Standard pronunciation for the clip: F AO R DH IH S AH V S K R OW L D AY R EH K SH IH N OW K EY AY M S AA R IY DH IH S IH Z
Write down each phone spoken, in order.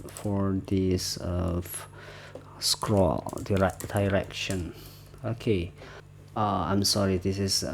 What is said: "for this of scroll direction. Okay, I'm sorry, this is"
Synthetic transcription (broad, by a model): F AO R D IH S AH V S K R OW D D AY R EH K SH IH N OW K EY AY M S AA R IY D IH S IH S